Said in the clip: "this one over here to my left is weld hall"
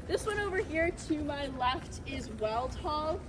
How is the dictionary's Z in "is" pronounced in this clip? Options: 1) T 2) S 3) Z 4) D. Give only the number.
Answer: 3